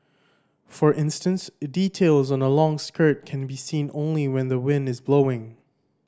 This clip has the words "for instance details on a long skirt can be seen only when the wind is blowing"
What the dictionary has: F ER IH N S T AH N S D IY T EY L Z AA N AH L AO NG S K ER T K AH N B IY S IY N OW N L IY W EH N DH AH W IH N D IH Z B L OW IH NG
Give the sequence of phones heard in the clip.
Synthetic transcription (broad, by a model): F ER IH N S T AH N S D IY T EY L Z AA N AH L AO NG S K ER T K AH N B IY S IY N OW N L IY W EH N DH AH W IH N D IH Z B L OW IH NG